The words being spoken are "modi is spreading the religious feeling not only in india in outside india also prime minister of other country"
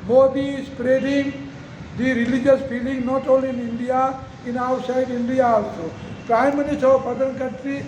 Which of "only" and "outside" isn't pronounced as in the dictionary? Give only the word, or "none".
only